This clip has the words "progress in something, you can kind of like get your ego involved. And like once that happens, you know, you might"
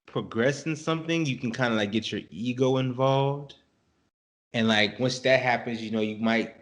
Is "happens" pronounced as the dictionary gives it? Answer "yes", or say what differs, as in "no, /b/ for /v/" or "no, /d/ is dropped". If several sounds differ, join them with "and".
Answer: yes